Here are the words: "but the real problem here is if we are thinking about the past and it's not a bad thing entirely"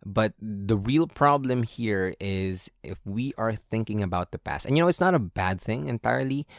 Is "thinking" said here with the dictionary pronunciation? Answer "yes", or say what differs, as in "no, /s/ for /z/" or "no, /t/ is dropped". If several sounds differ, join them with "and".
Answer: yes